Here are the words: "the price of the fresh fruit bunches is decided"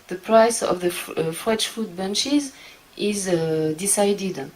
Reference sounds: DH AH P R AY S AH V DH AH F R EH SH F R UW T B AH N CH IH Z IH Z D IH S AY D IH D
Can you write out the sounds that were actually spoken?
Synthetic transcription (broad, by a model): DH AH P R AY S AH V DH AH F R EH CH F UW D B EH N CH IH Z IH Z D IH S AY D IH D